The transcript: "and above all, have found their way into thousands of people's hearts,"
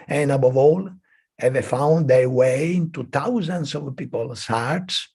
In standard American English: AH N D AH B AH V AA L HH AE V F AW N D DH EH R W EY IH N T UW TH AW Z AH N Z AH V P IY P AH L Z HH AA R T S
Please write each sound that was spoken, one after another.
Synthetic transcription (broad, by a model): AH N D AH B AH V AA L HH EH V F AW N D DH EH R W EY IH N T UW T AW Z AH N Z AH V P IY P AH L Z HH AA R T S